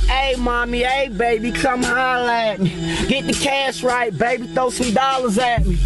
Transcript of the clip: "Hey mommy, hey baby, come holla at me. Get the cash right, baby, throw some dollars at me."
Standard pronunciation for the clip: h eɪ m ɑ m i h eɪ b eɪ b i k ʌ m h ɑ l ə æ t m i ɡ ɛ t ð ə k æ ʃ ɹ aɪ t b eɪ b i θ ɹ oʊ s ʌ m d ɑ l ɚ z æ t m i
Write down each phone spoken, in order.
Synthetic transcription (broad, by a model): eɪ m ɑ m i eɪ b eɪ b i k ʌ m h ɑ l æ t m i ɡ ɛ t ð ə k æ s ɹ aɪ t b eɪ b i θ oʊ s ʌ m d ɑ l ɚ z æ t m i